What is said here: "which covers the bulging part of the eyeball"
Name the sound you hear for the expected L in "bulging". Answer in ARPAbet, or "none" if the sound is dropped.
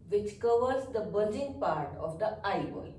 none